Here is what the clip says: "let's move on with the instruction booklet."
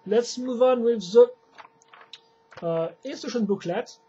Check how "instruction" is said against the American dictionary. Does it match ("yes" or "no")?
no